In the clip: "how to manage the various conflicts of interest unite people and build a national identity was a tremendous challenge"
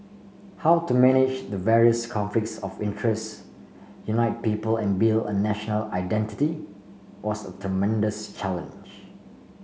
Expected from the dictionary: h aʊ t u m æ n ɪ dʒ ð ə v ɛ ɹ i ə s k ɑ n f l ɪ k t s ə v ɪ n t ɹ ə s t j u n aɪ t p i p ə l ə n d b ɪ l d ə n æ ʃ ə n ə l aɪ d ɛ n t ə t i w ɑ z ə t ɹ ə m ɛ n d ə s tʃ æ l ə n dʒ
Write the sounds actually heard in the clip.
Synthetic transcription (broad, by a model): h aʊ t u m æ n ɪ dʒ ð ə v ɛ ɹ i ə s k ɑ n f l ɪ k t s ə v ɪ n t ɹ ə s t j u n aɪ t p i p ə l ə n b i l ə n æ ʃ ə n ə l aɪ d ɛ n t ə t i w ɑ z ə t ɹ ə m ɛ n d ə s tʃ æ l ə n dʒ